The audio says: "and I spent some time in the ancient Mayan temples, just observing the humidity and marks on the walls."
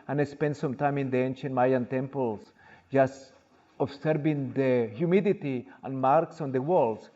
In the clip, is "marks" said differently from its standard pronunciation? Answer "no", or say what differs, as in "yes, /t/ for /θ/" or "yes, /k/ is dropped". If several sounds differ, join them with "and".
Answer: no